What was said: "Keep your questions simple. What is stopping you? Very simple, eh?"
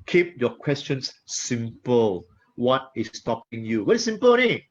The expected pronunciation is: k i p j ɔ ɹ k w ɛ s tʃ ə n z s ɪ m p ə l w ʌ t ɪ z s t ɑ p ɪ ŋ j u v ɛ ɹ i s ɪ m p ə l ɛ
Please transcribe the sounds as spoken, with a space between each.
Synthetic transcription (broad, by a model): k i p j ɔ k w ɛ s tʃ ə n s s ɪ m p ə l w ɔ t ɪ s t ɑ p ɪ ŋ j u w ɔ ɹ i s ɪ m p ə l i